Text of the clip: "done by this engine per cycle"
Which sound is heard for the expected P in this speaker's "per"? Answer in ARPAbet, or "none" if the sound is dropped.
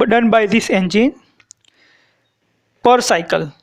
P